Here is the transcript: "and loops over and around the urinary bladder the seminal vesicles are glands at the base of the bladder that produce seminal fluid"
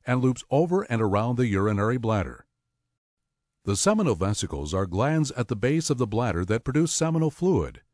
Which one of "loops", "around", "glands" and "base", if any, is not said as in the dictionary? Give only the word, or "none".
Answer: none